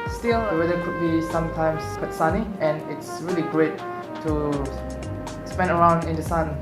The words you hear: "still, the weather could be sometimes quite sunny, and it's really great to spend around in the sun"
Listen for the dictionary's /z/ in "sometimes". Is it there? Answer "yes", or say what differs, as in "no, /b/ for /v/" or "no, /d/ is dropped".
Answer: no, /s/ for /z/